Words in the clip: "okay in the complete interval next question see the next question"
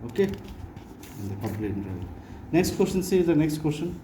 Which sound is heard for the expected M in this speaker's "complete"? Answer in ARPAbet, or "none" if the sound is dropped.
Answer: none